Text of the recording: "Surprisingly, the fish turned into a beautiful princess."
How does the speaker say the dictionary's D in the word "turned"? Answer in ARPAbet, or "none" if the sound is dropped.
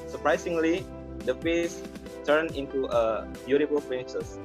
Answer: none